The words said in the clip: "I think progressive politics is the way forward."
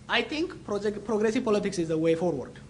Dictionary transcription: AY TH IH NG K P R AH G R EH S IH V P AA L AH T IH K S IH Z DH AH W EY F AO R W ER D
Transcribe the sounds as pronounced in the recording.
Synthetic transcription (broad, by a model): AY T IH NG K P R AH G R EH S IH V P AA L AH T IH K S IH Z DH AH W EY F AO R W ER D